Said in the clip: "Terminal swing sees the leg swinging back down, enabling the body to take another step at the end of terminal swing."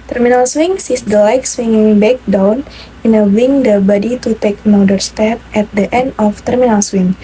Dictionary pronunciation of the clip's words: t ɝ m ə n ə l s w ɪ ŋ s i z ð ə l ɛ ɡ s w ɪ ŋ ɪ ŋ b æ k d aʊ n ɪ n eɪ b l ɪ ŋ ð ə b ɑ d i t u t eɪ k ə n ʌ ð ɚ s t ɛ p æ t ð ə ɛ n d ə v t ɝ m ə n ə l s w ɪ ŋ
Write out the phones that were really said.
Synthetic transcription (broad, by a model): t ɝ m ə n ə l s w ɪ ŋ s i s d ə l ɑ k s w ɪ ŋ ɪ ŋ b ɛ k d aʊ n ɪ n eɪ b ɪ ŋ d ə b ɑ d i t u t eɪ k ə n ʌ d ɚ s t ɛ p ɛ t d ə ɛ n d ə f t ɝ m ə n ə l s w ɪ ŋ